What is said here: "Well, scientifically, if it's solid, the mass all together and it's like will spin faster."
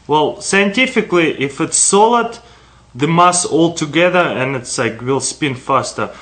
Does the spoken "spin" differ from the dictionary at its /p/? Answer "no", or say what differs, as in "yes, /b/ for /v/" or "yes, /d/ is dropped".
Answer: no